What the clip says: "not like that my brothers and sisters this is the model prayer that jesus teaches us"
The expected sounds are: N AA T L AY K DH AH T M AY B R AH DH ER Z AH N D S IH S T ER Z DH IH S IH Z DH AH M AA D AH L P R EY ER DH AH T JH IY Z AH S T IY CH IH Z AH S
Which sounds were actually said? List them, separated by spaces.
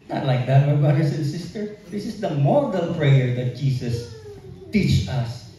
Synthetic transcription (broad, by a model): N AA T L AY K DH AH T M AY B R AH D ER S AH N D S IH S T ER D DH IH S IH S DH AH M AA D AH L P R EY ER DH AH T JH IY S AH S T IY CH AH S